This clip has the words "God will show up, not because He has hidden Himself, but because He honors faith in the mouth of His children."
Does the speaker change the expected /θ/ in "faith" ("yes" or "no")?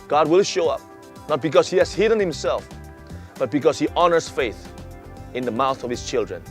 no